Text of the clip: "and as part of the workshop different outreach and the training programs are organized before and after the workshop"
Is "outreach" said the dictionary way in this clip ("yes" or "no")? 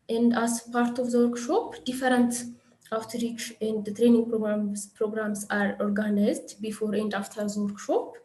yes